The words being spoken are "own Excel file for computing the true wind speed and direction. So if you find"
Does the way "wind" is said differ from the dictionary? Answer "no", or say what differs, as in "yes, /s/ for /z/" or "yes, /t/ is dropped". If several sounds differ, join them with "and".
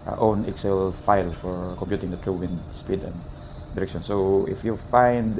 yes, /n/ is dropped